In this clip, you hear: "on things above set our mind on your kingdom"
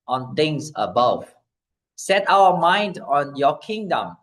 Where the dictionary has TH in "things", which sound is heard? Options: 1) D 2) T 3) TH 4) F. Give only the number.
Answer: 2